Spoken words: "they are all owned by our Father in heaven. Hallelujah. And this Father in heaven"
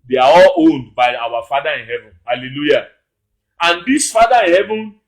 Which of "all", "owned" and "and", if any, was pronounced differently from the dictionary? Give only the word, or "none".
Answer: none